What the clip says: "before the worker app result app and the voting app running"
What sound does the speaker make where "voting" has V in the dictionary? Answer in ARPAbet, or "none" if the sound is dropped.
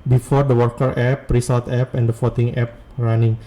F